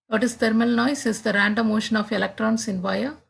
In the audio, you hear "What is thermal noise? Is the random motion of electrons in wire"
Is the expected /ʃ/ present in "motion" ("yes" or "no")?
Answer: yes